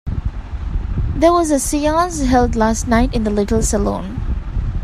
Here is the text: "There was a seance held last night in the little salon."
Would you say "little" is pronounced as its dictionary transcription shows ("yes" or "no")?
yes